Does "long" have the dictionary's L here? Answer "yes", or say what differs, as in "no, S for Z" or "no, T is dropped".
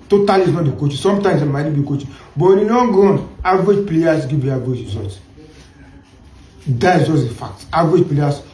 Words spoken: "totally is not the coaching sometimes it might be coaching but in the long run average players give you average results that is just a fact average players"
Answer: no, N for L